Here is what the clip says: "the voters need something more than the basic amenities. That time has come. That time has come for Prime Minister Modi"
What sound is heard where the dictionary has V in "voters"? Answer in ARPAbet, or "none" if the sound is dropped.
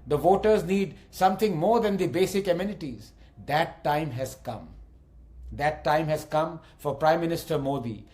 V